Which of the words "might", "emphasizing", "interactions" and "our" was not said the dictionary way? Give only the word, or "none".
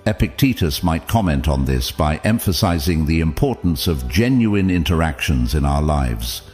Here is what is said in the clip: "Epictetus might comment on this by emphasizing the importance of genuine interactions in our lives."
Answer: none